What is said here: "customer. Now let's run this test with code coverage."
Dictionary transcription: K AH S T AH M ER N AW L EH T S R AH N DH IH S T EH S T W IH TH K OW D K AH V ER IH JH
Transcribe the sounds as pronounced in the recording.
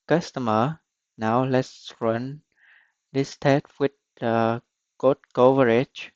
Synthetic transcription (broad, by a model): K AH S T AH M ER N AW L EH T S R AH N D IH S T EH T W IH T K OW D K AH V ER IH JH